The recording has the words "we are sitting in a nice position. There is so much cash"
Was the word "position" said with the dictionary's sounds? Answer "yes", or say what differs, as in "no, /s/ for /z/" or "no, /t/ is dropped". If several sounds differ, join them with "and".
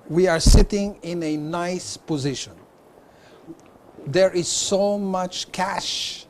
yes